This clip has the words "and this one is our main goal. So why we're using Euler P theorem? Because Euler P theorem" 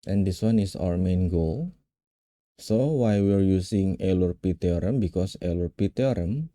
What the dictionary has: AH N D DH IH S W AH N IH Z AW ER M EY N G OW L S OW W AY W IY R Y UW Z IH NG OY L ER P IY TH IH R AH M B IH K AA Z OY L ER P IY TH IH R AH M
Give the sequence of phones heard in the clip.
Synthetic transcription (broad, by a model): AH N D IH S W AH N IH S AW ER M EY N G OW L S OW W AY W IY R Y UW S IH NG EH L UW P IY T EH R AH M B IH K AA S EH L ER P IY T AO R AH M